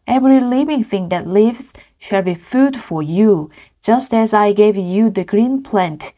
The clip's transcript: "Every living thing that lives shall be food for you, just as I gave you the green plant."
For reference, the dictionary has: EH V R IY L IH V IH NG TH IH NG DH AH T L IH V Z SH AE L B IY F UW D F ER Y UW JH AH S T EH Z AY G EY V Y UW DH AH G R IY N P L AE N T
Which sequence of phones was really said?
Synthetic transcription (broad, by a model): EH V R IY L IH V IH NG TH IH NG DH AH T L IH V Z SH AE L B IY F UW D F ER Y UW JH AH S T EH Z AY G EY V Y UW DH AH G R IY N P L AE N T